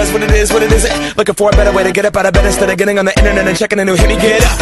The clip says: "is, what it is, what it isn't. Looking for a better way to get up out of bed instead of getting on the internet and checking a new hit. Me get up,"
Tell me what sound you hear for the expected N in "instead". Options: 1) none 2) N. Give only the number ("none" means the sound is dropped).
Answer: 1